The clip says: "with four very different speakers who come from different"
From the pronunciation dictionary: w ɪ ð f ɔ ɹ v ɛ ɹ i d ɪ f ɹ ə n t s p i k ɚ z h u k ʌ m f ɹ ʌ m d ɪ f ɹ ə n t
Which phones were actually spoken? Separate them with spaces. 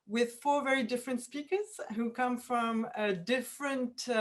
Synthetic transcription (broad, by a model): w ɪ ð f ɔ ɹ v ɛ ɹ i d ɪ f ɹ ə n t s p i k ɚ z h u k ʌ m f ɹ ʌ m d ɪ f ɹ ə n t